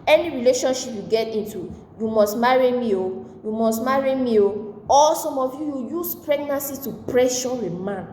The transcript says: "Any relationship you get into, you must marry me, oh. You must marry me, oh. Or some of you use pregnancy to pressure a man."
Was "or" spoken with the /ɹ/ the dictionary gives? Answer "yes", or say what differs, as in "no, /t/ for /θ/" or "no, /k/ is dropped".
no, /l/ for /ɹ/